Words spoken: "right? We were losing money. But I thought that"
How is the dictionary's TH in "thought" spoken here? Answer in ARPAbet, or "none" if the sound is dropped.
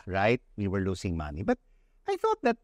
TH